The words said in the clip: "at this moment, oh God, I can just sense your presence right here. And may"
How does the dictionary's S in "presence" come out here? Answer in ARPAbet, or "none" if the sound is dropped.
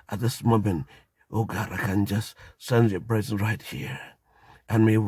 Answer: none